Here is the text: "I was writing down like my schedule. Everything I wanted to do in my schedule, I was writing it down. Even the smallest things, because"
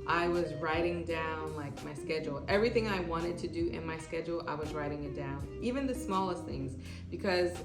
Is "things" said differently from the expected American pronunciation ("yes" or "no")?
no